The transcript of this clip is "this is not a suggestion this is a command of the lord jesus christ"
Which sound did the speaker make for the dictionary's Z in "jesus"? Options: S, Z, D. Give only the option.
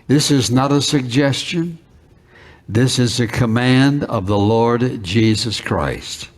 Z